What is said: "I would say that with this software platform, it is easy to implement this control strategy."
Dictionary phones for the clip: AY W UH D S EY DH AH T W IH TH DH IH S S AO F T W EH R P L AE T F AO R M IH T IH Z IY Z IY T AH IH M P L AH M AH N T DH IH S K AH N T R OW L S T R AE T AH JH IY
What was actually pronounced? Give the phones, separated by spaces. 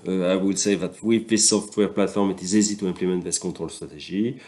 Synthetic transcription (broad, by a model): AY W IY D S EY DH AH T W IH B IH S S AO F T W EH R P L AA T F AO R M IH T IH Z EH Z IY T AH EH P L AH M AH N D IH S K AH T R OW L S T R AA T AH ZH IY